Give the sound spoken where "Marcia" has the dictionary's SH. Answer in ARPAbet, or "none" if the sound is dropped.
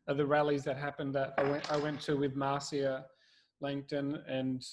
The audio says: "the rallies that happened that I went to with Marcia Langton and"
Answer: S